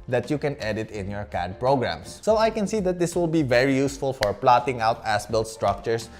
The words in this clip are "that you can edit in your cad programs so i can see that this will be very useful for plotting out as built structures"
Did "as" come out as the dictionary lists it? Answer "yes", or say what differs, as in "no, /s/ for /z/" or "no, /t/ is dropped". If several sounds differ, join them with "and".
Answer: no, /s/ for /z/